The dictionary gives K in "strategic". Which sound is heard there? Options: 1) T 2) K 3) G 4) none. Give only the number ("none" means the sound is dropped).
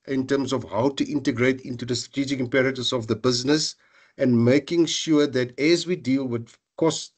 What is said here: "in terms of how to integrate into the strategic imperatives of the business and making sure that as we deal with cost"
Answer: 2